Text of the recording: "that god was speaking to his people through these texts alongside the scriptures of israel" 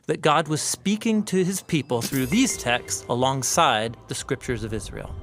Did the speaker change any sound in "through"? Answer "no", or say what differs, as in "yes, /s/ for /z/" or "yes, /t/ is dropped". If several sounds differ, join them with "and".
no